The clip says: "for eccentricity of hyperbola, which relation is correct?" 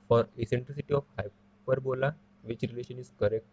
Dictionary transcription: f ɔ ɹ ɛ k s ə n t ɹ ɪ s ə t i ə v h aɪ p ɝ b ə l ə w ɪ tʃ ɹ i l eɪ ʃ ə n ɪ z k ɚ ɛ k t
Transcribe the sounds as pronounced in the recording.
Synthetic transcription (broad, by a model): f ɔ ɹ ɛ s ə n t ɹ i s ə t i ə f h aɪ p ɝ b ə l ə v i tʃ ɹ i l eɪ ʃ ə n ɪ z k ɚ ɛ k t